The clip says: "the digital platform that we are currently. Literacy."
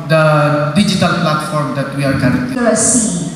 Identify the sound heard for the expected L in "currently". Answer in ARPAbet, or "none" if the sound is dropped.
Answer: none